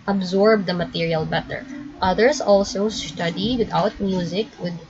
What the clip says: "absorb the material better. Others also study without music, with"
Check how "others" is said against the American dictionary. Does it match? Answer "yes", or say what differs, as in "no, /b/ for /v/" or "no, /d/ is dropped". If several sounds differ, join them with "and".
no, /s/ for /z/